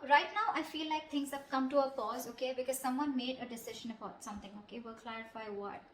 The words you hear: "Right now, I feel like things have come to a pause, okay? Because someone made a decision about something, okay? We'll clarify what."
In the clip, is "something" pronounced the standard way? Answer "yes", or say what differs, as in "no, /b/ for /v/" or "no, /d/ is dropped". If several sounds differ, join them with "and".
no, /t/ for /θ/